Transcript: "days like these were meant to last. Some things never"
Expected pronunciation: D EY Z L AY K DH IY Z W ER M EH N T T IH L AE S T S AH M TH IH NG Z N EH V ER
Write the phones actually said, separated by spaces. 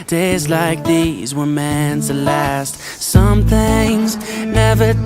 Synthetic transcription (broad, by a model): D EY Z L AY K DH IY Z W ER M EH N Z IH L AE S T S AH M TH IH NG Z N EH V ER